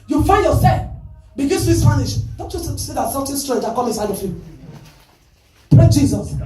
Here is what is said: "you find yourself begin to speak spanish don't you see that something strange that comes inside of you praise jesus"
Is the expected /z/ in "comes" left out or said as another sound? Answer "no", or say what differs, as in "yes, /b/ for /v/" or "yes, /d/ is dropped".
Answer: yes, /z/ is dropped